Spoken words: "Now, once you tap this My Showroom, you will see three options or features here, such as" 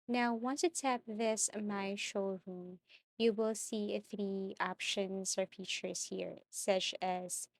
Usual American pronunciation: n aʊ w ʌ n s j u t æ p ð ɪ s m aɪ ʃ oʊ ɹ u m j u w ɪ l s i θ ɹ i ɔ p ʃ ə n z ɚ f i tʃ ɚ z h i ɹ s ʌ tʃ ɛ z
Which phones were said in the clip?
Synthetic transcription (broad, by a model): n aʊ w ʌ n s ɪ t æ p ð ɪ s m aɪ ʃ oʊ ɹ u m j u w ɪ l s i θ ɹ i ɔ p ʃ ə n z ɚ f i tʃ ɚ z h i ɹ s ʌ tʃ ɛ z